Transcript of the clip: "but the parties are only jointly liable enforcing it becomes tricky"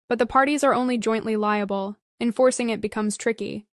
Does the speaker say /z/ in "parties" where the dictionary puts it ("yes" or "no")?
yes